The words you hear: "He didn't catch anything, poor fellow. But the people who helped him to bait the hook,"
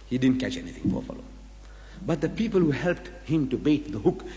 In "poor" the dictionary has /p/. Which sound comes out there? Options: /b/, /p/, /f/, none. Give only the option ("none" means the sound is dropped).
/f/